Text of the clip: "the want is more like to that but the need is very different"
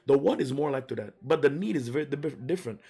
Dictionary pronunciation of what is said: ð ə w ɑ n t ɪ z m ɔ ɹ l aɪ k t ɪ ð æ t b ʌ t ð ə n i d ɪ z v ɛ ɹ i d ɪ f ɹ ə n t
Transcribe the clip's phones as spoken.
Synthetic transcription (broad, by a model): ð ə w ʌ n ɪ z m ɔ ɹ l aɪ k t ɪ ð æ t b ʌ t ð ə n i d ɪ z v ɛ ɹ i d ɪ f ɹ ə n t